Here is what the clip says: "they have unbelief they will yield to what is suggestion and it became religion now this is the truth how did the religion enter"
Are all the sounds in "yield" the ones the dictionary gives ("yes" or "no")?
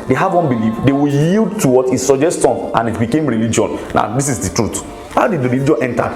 yes